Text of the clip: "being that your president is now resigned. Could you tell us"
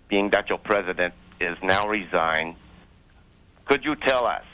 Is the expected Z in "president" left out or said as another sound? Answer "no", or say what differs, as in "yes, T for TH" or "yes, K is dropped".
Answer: no